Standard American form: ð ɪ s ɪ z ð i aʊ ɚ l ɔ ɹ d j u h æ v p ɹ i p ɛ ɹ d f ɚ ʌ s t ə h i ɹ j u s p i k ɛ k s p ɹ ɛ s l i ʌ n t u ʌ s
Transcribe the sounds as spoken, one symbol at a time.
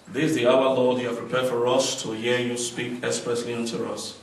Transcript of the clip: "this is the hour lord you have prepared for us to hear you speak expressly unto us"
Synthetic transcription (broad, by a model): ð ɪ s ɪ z ð i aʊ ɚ l ɔ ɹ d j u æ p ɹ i p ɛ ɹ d f ɚ ʌ s t ə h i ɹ j u s p i k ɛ s p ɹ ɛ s l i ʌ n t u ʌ s